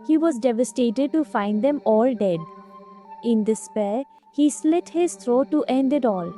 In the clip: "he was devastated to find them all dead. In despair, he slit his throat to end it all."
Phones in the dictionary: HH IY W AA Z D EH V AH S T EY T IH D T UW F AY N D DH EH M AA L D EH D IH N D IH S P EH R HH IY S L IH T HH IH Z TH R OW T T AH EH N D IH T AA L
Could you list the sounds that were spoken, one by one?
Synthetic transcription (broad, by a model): HH IY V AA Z D EH V AH S T EY T IH D T UW F AY N D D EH M AA L D EH D IH N D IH S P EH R HH IY S L IH T HH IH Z T R OW T T EH N D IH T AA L